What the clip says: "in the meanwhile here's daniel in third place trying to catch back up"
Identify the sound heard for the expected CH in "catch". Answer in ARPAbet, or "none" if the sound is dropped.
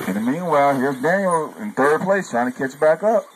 S